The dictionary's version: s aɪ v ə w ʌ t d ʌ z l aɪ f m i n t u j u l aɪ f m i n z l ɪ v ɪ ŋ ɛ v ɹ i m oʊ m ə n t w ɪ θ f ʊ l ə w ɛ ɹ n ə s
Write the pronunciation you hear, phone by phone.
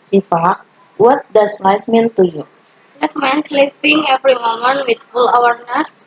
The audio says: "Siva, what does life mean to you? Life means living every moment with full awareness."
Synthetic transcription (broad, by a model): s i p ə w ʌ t d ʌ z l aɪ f m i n t u j u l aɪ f m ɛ n s l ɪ p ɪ ŋ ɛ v ɹ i m oʊ m ə n t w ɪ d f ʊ l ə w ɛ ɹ n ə s